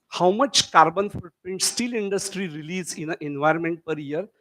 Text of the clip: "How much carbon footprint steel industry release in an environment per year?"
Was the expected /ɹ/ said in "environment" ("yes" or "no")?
yes